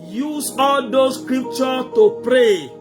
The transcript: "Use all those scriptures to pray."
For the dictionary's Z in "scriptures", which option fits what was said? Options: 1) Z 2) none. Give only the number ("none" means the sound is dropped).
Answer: 2